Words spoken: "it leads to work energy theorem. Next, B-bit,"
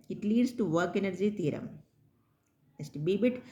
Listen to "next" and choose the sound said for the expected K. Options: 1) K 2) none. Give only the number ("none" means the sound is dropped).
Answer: 2